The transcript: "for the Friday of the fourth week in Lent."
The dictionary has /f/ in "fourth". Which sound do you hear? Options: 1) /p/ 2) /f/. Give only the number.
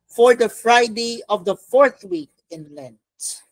2